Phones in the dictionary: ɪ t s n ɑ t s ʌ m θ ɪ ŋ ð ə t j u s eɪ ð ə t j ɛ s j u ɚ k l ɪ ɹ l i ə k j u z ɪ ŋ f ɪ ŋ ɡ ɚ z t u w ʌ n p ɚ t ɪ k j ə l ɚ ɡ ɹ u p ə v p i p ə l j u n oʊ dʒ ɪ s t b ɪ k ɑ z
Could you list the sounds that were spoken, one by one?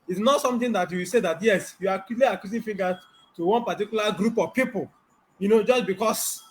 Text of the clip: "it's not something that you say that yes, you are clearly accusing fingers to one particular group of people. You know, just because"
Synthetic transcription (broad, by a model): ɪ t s n ɑ t s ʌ m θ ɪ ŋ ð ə t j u s eɪ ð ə t j ɛ s j u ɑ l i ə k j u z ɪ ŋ f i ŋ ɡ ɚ t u w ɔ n p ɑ t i k j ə l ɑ ɡ ɹ u p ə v p i p ə l j u n oʊ dʒ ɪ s b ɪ k ɑ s